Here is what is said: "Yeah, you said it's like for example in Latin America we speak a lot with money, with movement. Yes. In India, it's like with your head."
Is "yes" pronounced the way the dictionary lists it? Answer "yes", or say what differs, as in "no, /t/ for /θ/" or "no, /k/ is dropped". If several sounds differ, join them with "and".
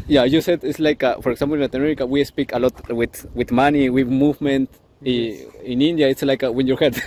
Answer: no, /s/ is dropped